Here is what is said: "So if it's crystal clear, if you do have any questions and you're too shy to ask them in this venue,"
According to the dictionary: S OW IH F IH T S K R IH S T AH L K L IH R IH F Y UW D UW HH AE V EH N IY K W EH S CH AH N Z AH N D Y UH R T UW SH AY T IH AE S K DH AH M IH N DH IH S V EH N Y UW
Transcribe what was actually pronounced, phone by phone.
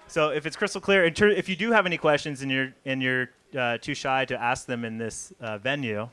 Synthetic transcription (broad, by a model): S OW IH F IH T S K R IH S T L K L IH R IH F Y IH D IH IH V EH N IY K W EH S CH AH N Z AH N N Y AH R T UW SH AY T IH AE S K DH AH M IH N DH IH S V EH N Y UW